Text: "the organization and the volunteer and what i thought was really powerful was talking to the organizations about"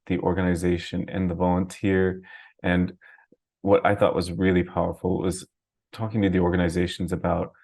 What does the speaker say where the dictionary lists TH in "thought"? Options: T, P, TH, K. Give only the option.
TH